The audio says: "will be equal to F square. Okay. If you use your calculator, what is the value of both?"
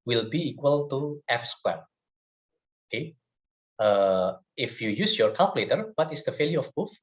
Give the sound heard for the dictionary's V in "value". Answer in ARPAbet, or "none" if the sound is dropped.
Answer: F